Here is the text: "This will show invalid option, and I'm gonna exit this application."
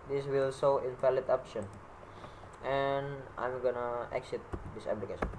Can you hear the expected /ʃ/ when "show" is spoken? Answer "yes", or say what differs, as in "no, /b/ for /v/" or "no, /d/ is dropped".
no, /s/ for /ʃ/